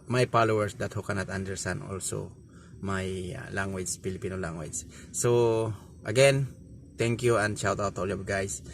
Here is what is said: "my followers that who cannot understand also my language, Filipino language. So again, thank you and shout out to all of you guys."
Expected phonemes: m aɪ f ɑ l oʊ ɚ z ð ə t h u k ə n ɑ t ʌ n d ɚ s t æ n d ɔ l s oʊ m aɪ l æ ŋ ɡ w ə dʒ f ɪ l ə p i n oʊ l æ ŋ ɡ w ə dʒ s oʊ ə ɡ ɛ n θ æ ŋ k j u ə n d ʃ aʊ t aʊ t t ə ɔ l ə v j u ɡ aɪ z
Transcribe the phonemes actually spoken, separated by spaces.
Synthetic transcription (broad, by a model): m aɪ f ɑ l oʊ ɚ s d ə t h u k ə n ɑ t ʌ n d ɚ s t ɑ n d ɔ l s oʊ m aɪ l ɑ ŋ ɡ w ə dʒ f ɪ l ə p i n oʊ l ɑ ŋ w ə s s oʊ ə ɡ ɛ n t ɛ ŋ k j u ə n d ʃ aʊ t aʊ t t ɔ l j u ɡ aɪ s